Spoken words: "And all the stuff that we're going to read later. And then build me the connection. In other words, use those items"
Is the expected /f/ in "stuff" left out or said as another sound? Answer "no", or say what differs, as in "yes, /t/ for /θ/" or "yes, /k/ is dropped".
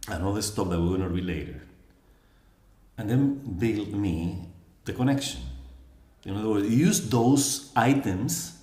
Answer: yes, /p/ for /f/